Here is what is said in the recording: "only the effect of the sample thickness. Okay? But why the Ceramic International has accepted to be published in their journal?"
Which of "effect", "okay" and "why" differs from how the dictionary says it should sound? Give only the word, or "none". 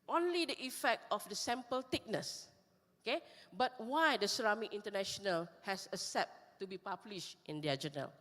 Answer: none